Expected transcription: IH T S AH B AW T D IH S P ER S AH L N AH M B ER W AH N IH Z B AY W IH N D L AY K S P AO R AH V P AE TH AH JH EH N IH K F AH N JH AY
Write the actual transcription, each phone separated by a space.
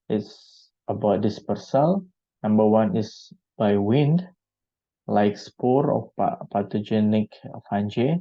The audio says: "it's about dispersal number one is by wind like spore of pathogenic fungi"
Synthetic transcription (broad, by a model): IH T S AH B AW T D IH S P ER S AH L N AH M B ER W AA N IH S B AY W IH N D L AY K S P AO R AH P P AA T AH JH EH N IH K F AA N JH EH